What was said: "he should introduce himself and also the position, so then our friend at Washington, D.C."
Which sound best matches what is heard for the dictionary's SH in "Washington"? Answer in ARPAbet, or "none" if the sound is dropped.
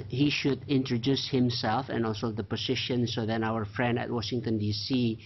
SH